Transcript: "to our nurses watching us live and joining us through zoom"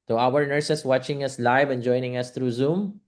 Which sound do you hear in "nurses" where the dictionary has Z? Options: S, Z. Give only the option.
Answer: S